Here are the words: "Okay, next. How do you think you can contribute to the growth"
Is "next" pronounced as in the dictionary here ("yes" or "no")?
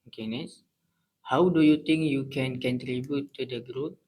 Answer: no